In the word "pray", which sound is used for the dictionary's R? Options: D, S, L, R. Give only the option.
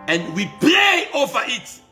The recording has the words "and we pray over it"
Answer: L